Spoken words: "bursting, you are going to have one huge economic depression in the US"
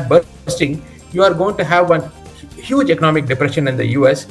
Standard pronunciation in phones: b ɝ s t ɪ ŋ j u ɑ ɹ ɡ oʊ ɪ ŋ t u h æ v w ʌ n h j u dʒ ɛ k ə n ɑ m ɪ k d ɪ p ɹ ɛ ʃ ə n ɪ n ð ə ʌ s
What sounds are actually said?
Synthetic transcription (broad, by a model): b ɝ s t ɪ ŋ j u ɑ ɹ ɡ oʊ ɪ ŋ t u h æ v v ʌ n h j u dʒ ɛ k ə n ɑ m ɪ k d ɪ p ɹ ɛ ʃ ə n ɪ n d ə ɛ s